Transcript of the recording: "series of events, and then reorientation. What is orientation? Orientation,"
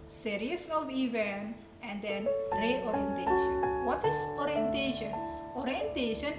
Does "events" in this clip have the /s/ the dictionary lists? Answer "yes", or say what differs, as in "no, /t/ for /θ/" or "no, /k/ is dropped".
no, /s/ is dropped